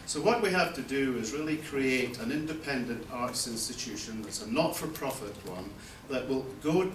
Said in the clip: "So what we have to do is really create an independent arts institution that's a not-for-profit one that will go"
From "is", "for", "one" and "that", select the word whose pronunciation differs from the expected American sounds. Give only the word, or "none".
none